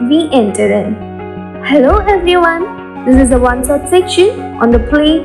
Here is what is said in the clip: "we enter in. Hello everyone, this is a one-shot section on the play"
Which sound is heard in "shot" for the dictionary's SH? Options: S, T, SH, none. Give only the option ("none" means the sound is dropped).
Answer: S